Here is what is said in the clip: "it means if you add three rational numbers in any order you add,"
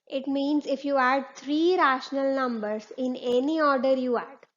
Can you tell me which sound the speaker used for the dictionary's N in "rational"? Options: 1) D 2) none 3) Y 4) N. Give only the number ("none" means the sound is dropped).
4